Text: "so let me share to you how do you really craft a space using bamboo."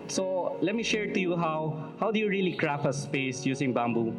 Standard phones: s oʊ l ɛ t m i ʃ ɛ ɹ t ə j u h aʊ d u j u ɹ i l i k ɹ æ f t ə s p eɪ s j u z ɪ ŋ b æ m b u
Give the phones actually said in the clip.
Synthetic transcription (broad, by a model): s oʊ l ɛ t m i ʃ ɛ ɹ t ə j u h aʊ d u j u ɹ i l i k ɹ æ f ə s p eɪ s j u s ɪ ŋ b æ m b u